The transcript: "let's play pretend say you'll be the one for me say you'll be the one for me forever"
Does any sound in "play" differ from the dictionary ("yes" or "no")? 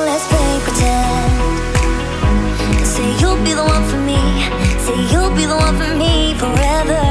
yes